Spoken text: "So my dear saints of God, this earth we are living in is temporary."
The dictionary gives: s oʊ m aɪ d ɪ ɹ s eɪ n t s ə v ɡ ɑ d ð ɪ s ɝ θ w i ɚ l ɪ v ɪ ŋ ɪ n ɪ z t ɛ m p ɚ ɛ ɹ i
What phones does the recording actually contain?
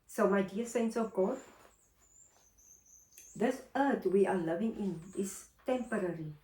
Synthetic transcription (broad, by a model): s oʊ m aɪ d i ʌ s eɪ n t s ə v ɡ ɑ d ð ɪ s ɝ t w i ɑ l ɪ v ɪ ŋ ɪ n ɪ s t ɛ m p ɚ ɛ ɹ i